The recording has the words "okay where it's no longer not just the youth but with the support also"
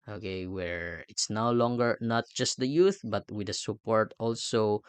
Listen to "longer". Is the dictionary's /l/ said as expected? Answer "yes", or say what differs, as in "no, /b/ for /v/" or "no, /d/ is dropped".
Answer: yes